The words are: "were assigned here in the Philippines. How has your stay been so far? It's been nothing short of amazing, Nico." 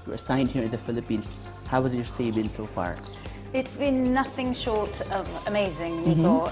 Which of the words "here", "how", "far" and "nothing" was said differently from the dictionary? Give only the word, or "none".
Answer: none